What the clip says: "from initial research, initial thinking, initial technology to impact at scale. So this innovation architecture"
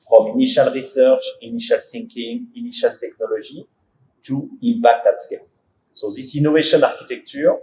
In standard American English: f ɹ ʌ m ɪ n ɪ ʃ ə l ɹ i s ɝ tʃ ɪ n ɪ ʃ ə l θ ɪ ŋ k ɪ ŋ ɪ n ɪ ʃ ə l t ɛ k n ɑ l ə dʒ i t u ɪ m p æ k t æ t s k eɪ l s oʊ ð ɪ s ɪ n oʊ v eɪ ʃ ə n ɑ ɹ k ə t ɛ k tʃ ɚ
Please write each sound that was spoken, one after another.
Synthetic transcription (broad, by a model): f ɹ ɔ m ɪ n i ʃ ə l ɹ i s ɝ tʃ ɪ n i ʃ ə l s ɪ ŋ k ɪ ŋ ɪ n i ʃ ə l t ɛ k n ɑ l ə ʒ i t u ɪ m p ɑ k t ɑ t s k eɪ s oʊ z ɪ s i n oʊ v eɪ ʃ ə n ɑ ɹ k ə t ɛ k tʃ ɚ